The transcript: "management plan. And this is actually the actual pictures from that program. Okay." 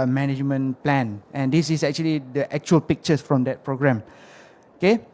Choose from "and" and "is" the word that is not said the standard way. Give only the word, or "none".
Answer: is